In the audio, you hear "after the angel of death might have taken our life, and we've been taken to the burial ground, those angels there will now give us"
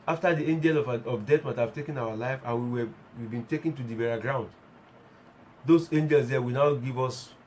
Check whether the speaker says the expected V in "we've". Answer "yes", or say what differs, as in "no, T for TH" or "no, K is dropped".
no, W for V